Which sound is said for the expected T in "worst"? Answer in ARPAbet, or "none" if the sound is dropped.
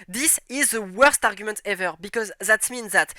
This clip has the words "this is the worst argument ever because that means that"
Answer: T